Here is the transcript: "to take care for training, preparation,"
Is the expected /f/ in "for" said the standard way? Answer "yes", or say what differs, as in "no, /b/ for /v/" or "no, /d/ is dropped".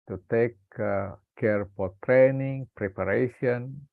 no, /p/ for /f/